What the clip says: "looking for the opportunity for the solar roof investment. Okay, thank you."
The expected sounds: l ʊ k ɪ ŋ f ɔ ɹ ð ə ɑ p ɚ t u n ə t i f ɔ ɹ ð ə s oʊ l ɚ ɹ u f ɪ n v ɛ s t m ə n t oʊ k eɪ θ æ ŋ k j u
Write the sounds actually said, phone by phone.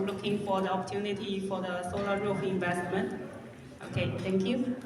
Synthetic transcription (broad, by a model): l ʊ k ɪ ŋ f ɔ ɹ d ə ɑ p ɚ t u n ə t i f ɔ ɹ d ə s oʊ l ɚ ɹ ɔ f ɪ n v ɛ s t m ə n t oʊ k eɪ t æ ŋ k j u